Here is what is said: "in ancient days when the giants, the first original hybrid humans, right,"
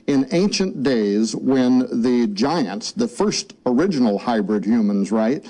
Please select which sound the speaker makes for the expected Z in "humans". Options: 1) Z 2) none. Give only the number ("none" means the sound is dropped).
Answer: 1